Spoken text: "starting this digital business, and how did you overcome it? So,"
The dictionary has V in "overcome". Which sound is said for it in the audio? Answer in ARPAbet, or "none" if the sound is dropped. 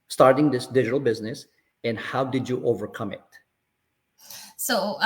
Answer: V